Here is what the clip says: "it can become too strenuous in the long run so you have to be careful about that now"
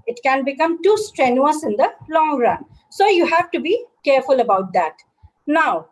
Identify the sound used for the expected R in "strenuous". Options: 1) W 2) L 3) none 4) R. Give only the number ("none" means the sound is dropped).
4